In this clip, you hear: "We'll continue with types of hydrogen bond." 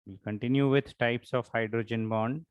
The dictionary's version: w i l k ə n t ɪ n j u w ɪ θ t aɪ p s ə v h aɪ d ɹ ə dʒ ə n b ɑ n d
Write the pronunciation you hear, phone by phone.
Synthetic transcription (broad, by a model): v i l k ə n t ɪ n j u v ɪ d t aɪ p s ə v h aɪ d ɹ ə dʒ ə n b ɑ n d